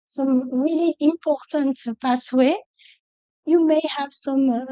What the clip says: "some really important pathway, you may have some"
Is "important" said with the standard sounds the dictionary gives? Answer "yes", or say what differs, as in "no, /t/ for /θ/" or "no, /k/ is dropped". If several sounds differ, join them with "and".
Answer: yes